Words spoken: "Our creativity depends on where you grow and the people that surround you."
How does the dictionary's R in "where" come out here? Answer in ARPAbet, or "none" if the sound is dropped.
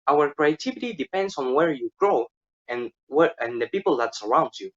R